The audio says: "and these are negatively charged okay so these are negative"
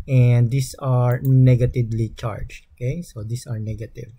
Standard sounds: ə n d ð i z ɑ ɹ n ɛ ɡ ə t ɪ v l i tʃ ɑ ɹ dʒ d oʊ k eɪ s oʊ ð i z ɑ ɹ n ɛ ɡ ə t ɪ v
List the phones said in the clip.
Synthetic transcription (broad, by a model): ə n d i s ɑ ɹ n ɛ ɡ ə t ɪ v l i tʃ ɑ ɹ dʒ oʊ k eɪ s oʊ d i s ɑ ɹ n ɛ ɡ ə t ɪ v